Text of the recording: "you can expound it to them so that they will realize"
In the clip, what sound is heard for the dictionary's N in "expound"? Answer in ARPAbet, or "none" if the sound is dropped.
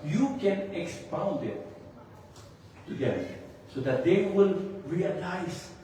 N